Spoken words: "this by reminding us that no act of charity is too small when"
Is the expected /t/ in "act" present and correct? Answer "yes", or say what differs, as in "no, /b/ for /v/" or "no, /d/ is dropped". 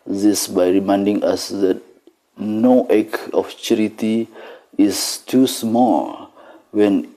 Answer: no, /t/ is dropped